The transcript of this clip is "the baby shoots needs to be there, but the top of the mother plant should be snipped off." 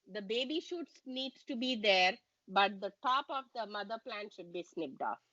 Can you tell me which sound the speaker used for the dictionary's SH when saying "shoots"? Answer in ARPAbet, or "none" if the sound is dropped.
SH